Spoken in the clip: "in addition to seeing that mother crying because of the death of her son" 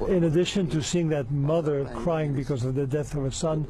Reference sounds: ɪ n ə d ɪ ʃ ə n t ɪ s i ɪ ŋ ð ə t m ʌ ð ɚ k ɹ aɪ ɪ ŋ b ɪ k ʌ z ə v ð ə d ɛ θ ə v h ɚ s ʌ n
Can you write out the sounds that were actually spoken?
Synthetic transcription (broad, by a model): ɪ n ə d ɪ ʃ ə n t ɪ s i ɪ ŋ ð ə t m ʌ ð ɚ k ɹ aɪ ɪ ŋ b ɪ k ʌ z ə v ð ə d ɛ θ ə v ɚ s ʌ n